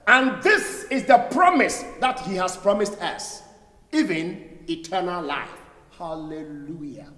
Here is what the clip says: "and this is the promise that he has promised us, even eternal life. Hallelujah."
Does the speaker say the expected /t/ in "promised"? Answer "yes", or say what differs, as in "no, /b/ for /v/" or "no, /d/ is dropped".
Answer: yes